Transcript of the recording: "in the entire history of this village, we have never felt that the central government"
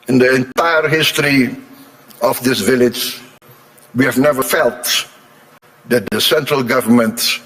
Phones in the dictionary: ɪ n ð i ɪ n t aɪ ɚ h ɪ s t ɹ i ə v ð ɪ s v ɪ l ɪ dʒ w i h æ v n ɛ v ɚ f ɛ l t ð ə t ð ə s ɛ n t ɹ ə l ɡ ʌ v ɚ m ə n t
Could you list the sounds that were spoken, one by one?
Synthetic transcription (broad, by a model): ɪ n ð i ɪ n t aɪ ɚ h ɪ s t ɹ i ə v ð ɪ s v ɪ l ɪ dʒ w i h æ v n ɛ v ɚ f ɛ l t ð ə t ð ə s ɛ n t ɹ ə l ɡ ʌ v ɚ m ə n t